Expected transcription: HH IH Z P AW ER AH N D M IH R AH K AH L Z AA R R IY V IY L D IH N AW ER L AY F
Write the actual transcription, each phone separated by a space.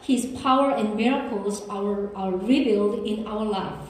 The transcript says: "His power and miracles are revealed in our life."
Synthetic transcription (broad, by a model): HH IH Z P AW ER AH N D M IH R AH K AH L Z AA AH R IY B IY L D IH N AW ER L AY F